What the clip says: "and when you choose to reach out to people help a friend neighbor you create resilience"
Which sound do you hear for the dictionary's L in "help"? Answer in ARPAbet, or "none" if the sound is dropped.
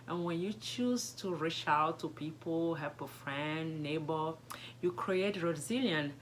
none